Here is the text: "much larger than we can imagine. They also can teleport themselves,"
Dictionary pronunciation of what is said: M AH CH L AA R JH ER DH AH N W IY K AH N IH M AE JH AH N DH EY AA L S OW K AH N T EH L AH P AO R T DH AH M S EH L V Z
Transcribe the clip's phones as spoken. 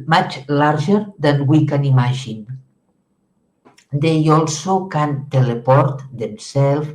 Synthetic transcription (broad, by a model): M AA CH L AA R ZH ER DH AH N W IY K AH N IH M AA ZH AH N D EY AA L S OW K AH N T EH L AH P AO R T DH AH M S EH L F